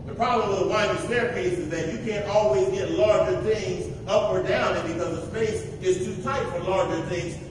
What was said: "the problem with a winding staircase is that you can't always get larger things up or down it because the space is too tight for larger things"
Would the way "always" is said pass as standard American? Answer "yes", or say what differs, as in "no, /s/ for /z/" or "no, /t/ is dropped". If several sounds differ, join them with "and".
yes